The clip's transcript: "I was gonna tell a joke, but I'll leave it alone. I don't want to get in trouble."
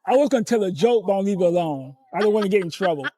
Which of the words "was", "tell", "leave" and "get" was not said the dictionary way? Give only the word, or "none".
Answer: none